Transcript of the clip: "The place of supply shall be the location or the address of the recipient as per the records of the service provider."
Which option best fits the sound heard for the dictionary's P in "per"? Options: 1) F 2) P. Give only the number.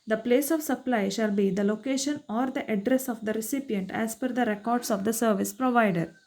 1